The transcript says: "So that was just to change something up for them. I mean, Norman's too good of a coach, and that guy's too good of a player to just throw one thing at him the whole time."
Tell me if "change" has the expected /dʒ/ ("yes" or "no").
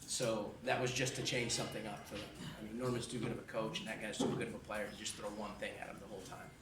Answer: no